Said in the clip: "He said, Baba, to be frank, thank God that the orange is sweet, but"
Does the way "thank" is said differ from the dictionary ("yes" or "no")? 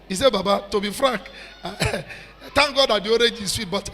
yes